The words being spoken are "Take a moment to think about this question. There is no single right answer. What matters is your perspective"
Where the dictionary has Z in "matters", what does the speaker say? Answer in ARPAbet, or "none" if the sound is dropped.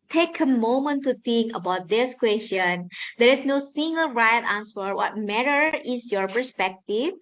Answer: none